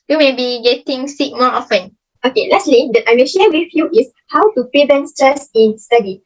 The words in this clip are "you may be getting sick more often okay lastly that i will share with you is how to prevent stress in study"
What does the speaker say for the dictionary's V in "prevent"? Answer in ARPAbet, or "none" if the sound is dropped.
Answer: B